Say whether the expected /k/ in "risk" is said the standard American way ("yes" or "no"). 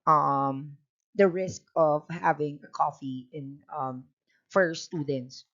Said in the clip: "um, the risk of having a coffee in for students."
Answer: yes